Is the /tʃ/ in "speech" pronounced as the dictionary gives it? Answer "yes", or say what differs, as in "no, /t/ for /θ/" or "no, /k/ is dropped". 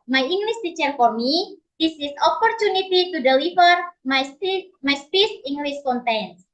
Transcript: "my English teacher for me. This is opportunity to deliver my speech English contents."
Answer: no, /s/ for /tʃ/